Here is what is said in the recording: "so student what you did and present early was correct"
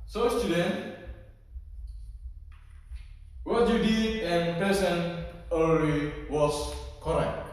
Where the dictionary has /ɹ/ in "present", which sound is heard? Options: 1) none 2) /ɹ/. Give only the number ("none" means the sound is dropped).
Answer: 1